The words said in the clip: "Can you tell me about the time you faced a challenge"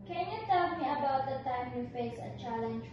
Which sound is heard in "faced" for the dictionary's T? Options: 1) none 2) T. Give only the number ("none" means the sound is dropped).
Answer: 1